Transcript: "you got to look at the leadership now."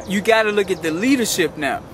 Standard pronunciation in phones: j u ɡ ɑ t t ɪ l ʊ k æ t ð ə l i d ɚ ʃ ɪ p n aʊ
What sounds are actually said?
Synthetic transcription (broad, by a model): j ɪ ɡ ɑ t t ɪ l ʊ k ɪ t ð ə l i d ɚ ʃ ɪ p n aʊ